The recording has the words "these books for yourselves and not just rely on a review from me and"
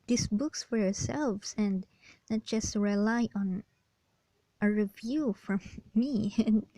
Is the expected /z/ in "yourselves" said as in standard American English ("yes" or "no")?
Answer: no